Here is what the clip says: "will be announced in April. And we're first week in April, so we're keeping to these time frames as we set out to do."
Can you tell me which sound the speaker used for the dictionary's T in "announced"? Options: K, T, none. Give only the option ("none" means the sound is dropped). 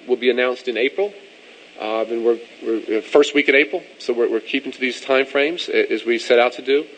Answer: T